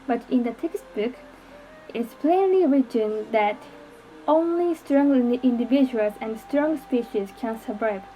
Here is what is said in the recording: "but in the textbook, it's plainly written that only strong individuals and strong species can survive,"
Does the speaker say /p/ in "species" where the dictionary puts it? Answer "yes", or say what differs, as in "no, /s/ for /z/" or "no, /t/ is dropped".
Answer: yes